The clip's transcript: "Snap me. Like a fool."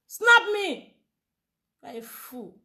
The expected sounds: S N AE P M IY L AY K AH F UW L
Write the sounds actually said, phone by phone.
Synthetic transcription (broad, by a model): S N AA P M IY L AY AH F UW